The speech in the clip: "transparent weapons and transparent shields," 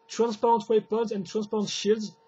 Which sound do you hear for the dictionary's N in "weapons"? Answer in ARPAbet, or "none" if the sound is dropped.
none